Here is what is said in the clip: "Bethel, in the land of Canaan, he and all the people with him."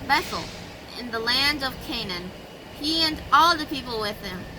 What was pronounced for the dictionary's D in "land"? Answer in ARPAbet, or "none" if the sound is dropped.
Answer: D